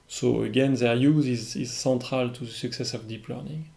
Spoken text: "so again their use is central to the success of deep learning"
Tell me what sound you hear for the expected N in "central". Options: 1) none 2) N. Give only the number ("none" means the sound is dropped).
1